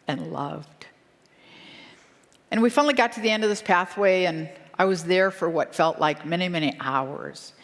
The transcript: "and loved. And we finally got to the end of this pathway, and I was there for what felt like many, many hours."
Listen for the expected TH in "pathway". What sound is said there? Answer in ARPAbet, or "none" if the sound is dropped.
TH